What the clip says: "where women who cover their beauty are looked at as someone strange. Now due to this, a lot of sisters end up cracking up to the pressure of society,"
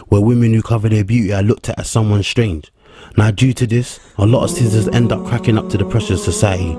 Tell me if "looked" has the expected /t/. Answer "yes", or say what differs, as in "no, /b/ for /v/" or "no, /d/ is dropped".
yes